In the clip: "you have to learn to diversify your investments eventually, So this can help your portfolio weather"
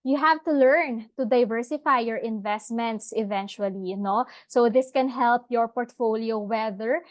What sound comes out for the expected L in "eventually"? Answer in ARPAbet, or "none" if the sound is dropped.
N